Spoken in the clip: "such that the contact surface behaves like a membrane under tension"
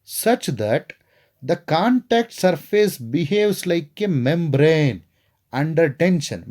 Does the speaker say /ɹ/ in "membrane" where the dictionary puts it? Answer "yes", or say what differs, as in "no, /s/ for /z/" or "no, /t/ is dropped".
yes